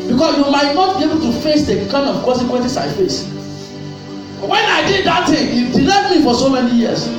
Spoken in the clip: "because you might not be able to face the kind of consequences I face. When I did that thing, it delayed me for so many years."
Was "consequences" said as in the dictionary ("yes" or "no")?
no